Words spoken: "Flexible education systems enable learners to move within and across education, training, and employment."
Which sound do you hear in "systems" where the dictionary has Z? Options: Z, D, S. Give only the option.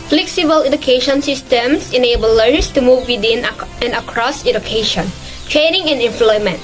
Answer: S